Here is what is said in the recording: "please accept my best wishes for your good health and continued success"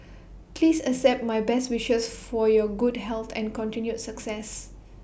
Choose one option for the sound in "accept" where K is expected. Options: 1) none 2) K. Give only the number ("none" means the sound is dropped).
1